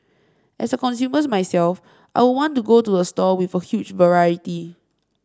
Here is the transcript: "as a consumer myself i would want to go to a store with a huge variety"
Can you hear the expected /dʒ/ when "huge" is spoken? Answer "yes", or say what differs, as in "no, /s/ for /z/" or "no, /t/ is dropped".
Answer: no, /tʃ/ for /dʒ/